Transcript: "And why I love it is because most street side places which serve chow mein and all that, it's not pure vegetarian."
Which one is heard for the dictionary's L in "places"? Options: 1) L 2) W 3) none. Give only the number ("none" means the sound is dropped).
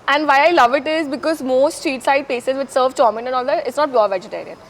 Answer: 3